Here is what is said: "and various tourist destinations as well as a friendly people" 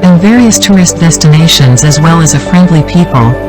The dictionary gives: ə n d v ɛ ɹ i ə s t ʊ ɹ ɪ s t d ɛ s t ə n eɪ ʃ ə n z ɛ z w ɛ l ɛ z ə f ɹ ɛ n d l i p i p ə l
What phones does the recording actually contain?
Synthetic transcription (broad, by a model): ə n v ɛ ɹ i ə s t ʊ ɹ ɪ s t d ɛ s t ə n eɪ ʃ ə n z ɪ z w ɛ l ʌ z ə f ɹ ɛ n d l i p i p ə l